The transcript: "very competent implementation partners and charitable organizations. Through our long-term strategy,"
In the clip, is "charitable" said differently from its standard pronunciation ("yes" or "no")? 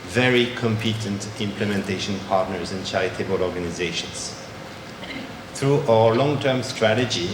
yes